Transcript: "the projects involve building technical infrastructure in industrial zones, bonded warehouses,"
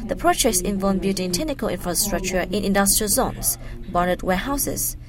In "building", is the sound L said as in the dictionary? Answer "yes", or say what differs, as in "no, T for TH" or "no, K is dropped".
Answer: no, L is dropped